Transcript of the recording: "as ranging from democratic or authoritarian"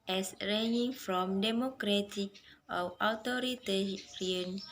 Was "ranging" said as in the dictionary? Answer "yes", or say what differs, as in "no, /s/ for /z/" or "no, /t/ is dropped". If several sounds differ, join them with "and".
no, /dʒ/ is dropped